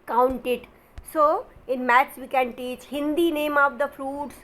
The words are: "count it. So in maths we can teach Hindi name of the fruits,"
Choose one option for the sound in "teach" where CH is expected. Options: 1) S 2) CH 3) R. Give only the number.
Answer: 2